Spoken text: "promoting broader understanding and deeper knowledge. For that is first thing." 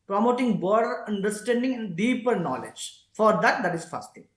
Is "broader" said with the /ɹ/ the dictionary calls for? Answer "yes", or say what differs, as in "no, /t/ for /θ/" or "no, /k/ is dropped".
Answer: no, /ɹ/ is dropped